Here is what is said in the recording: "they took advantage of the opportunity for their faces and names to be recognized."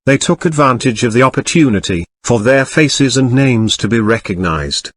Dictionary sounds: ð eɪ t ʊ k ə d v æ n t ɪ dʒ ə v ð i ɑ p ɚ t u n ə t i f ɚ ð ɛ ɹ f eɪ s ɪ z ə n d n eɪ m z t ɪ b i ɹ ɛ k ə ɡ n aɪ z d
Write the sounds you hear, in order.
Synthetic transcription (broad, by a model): ð eɪ t ʊ k ə d v æ n t ɪ dʒ ə v ð i ɑ p ɚ t u n ə t i f ɚ ð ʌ ɹ f eɪ s ɪ z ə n n eɪ m z t ɪ b i ɹ ɛ k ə ɡ n aɪ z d